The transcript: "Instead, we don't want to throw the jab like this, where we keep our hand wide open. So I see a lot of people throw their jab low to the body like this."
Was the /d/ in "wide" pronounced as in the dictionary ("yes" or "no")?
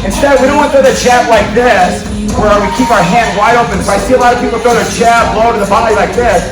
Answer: yes